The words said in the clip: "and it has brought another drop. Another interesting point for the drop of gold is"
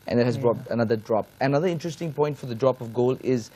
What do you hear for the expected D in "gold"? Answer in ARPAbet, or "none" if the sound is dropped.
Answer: none